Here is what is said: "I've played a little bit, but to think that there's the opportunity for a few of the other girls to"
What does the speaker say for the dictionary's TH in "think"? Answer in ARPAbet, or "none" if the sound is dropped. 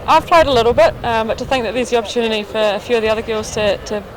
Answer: TH